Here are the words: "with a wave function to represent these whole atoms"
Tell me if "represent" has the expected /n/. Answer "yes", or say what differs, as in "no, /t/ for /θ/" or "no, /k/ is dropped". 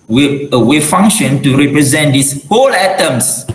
yes